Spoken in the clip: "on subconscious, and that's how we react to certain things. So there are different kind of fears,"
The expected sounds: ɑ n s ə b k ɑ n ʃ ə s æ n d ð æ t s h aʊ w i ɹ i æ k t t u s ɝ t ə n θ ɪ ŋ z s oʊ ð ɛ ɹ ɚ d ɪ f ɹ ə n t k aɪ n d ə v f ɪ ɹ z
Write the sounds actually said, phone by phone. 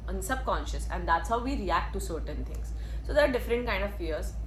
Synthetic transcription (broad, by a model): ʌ n s ə b k ɑ n ʃ ə s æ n d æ t s h aʊ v i ɹ i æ k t t u s ɝ t ə n t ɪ ŋ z s oʊ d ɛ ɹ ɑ d ɪ f ɹ ə n t k aɪ n d ə v f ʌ ɹ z